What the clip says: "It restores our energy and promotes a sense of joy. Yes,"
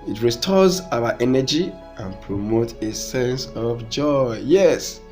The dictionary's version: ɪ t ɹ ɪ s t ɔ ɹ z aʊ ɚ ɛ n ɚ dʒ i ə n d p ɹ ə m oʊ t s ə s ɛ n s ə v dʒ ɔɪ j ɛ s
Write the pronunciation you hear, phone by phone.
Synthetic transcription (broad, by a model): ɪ t ɹ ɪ s t ɔ z aʊ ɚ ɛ n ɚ dʒ i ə n p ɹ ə m oʊ t ə s ɛ n s ə v dʒ ɔɪ j ɛ s